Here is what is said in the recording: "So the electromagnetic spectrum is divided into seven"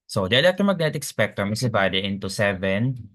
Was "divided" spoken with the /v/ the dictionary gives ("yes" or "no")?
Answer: no